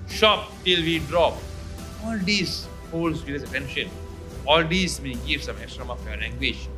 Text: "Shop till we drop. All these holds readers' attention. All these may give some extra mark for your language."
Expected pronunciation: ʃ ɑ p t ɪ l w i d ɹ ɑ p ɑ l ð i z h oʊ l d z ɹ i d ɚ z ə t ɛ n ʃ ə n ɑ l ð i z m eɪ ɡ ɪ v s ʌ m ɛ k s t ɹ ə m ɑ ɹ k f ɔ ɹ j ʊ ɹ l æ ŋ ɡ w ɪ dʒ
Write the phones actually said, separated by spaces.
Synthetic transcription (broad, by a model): ʃ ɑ p t ɪ l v i d ɹ ɑ p ɑ l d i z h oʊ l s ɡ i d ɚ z ə t ɛ n ʃ ə n ɑ l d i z m eɪ ɡ ɪ v s ʌ m ɛ k s t ɹ ə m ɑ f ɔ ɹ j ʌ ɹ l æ ŋ ɡ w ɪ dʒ